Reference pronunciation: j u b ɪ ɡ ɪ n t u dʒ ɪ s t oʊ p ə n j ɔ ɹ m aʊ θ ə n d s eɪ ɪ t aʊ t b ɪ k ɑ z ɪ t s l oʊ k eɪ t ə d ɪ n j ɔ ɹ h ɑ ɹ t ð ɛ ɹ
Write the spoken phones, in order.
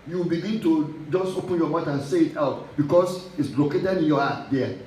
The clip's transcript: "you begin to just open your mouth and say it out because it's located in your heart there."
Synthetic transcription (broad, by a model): j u b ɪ ɡ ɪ n t u dʒ ɪ s t oʊ p ə n j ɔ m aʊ t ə n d s eɪ ɪ t aʊ t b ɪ k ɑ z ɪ t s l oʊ k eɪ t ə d ɪ n j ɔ h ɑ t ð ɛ